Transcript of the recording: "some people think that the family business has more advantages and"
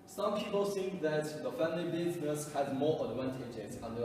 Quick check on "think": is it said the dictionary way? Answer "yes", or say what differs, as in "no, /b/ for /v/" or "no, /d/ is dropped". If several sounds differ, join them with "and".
no, /s/ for /θ/